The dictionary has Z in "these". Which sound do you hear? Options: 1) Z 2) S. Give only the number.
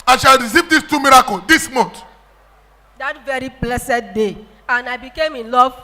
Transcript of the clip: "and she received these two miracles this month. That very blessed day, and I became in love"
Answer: 2